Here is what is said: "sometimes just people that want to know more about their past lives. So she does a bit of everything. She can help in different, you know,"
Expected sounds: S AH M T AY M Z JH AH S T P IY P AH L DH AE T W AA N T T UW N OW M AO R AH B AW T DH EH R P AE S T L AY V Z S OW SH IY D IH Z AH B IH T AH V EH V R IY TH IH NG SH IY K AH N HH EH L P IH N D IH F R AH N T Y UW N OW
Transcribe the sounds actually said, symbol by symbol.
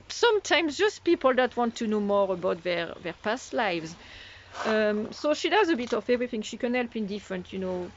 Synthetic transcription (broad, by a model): S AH M T AY M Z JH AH S T P IY P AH L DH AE T W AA N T T UW N OW M AO R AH B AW T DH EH R P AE S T L AY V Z S OW SH IY D IH Z AH B IH T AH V EH V R IY TH IH NG SH IY K AH N HH EH L P IH N D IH F R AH N T Y UW N OW